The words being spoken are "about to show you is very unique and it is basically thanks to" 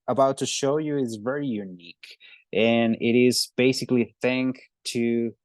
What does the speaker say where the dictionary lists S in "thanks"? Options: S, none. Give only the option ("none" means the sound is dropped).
none